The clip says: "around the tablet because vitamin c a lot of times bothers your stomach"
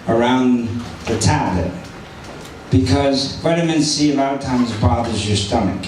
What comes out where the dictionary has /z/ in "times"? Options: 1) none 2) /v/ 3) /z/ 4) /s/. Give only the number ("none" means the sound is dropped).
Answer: 3